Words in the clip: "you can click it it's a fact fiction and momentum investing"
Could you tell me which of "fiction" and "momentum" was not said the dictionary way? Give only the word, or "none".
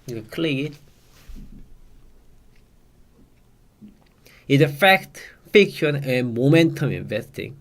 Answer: none